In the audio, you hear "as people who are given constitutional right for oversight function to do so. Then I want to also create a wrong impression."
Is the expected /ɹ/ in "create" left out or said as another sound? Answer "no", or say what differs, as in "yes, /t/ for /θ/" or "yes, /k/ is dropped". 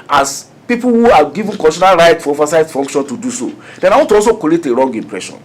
yes, /ɹ/ is dropped